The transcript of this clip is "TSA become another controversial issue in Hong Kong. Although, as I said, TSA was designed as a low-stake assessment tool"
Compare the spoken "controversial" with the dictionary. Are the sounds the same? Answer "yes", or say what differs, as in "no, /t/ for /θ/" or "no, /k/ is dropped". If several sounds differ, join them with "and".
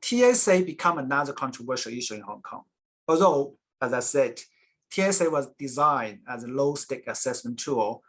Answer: yes